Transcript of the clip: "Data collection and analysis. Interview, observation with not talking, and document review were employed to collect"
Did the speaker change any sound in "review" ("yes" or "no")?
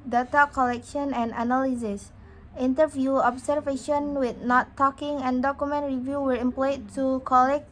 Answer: no